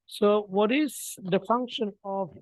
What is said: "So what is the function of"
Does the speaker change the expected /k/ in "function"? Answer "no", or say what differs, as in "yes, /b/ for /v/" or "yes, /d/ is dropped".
no